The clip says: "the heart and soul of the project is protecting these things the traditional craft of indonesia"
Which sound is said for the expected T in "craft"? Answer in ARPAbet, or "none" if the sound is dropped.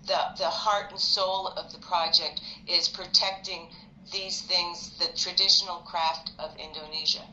T